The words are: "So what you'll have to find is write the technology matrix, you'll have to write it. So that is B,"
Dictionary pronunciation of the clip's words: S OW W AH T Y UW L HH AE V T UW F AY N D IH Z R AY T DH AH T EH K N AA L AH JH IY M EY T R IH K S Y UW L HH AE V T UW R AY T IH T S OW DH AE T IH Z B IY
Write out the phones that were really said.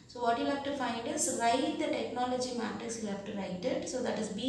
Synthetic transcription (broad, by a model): S OW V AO T Y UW HH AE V T UW F AY N D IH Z R AY T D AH T EH K N AA L AH JH IY M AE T IH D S Y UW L HH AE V T UW R AY T IH T S OW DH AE T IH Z B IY